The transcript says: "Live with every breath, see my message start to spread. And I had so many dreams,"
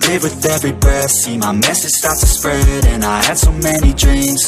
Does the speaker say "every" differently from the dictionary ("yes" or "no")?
no